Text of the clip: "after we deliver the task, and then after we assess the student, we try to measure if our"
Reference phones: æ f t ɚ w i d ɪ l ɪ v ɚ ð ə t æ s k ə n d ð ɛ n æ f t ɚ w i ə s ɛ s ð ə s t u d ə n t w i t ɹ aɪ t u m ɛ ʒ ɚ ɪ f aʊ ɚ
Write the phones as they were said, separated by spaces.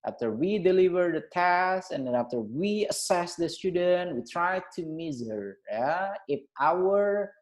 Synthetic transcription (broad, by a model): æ f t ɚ w i d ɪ l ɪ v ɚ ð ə t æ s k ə n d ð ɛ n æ f t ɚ w i ə s ɛ s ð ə s t u d ə n t w i t ɹ aɪ t u m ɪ z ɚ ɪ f aʊ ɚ